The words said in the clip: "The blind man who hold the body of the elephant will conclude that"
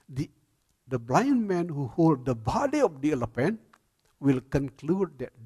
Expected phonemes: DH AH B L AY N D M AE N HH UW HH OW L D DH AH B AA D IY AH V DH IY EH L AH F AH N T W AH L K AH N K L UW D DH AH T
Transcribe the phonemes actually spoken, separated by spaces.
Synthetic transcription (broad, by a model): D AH B L AY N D M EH N HH UW HH OW L D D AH B AA D IY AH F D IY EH L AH P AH N W AH L K AH N K L UW D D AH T